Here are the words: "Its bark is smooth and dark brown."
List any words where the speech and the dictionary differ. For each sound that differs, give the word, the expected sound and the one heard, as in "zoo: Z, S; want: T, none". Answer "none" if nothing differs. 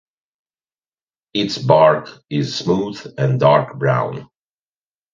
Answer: none